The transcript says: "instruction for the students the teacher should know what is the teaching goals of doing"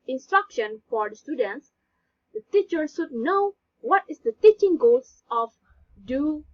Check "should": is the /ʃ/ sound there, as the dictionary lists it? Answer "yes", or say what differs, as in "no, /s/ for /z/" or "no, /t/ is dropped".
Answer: no, /s/ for /ʃ/